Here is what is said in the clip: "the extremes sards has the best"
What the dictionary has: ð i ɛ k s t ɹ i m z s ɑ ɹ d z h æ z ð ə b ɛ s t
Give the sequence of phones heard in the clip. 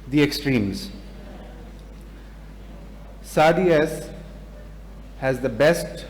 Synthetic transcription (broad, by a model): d i ɛ k s t ɹ i m z s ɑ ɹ d s h æ z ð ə b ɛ s t